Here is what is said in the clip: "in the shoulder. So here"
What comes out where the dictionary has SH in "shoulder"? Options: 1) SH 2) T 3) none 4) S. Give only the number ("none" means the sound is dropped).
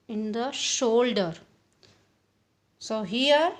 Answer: 1